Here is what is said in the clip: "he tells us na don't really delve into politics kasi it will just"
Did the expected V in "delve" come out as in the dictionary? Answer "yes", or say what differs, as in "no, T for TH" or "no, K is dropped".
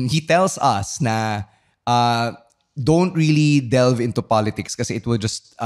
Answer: yes